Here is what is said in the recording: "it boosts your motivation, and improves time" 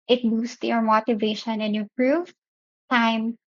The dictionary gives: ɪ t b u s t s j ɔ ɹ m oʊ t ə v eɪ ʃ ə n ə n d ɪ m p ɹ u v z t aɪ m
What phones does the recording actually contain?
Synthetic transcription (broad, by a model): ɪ t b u s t j ɔ ɹ m oʊ t ə v eɪ ʃ ə n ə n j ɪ p ɹ u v t aɪ m